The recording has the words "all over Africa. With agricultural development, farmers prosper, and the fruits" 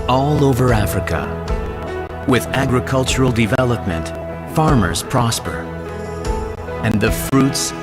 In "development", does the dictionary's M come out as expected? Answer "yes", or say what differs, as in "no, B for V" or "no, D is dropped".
yes